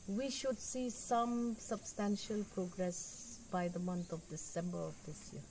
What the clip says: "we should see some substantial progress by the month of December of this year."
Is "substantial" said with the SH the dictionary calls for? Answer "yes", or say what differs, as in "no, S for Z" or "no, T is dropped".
yes